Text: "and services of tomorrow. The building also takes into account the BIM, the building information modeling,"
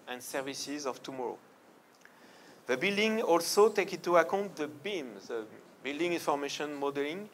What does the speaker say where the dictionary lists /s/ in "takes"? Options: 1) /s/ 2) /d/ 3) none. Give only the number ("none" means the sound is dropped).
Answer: 3